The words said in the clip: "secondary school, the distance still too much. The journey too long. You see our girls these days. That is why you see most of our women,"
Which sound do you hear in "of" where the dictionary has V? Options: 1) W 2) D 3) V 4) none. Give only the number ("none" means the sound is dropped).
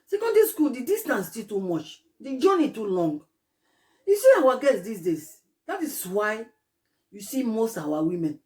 1